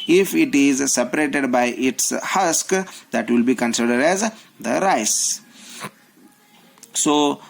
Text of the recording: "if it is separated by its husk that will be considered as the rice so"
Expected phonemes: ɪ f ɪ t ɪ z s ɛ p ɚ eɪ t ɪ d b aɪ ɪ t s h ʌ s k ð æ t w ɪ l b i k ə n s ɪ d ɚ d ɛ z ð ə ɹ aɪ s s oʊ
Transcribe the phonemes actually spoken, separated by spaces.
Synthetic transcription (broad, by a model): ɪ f ɪ t ɪ z s ɛ p ɚ eɪ t ɪ d b aɪ ɪ t s h ʌ s k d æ t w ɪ l b i k ə n s ɪ d ɚ d ɛ z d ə ɹ aɪ s s oʊ